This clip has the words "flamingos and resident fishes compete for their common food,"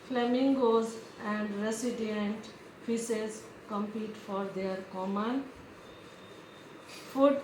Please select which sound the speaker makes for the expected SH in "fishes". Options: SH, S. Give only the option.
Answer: S